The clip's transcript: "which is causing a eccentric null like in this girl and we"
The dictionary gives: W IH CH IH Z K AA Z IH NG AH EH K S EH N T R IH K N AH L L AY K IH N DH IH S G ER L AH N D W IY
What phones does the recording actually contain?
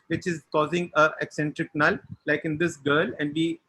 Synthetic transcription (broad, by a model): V IH CH IH Z K AA Z IH NG AH EH K S EH N T R IH K N AH L L AY K IH N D IH S G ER L AH N D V IY